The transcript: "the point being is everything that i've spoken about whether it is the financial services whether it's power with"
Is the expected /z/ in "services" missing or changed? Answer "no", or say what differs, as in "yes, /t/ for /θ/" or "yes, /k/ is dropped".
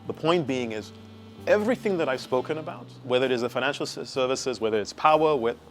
no